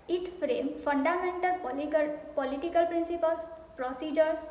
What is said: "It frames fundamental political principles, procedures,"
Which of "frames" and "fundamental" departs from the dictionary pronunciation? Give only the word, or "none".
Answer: frames